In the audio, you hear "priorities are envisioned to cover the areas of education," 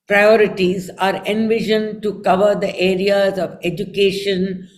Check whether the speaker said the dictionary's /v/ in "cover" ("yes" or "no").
yes